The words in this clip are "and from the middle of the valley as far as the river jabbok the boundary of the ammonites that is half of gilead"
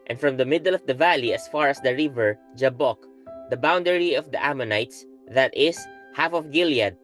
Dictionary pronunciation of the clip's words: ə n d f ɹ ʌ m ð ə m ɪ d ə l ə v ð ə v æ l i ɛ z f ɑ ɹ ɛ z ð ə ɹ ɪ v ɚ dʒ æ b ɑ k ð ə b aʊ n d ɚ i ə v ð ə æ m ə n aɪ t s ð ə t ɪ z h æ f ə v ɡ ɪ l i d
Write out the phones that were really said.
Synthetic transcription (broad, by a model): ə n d f ɹ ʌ m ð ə m ɪ d ə l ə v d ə v æ l i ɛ s f ɑ ɹ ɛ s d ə ɹ ɪ v ɚ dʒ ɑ b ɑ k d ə b aʊ n d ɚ i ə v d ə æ m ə n aɪ t s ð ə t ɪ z h æ f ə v ɡ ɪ l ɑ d